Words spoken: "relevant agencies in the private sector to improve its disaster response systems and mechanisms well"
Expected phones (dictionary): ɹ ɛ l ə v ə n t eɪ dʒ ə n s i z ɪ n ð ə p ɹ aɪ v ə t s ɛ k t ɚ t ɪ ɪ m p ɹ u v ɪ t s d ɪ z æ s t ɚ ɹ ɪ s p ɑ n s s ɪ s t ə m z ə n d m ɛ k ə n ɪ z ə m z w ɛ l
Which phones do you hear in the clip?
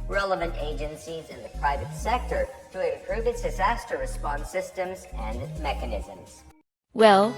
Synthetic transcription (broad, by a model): ɹ ɛ l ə v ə n t eɪ dʒ ə n s i z ɪ n ð ə p ɹ aɪ v ə t s ɛ k t ɚ t ɪ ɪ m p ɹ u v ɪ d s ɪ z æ s t ɚ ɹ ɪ s p ɑ n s s ɪ s t ə m z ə n m ɛ k ə n ɪ z ə m z w ɛ l